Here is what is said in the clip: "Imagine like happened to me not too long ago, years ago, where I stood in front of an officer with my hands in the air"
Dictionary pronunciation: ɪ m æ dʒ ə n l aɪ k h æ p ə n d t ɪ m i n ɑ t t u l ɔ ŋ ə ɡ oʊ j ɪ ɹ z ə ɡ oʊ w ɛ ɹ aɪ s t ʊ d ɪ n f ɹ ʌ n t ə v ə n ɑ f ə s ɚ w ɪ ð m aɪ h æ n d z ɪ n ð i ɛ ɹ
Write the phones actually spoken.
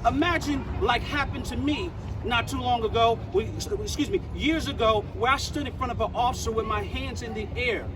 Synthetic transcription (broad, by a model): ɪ m æ dʒ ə n l aɪ k h æ p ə n t ɪ m i n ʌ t t u l ɔ ŋ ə ɡ oʊ j ɪ ɹ z ə ɡ oʊ w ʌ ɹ aɪ s t ʊ d ɪ n f ɹ ʌ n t ə v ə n ɑ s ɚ w ɪ ð m aɪ h æ n d z ɪ n ð i ɛ ɹ